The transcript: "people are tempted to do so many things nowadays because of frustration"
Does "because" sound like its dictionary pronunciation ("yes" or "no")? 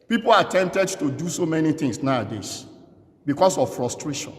no